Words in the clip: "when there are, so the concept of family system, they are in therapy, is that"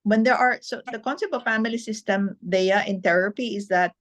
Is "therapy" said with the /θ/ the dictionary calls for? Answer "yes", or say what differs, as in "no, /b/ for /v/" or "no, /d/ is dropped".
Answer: no, /t/ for /θ/